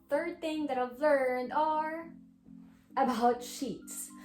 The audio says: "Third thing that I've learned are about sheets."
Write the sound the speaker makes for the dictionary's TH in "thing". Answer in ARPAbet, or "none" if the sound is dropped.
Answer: TH